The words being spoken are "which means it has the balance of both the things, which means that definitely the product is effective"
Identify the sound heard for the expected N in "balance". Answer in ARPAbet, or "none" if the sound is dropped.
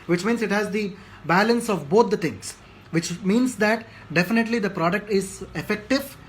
N